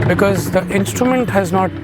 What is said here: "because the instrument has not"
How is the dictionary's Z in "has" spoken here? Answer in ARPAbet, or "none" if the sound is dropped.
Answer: Z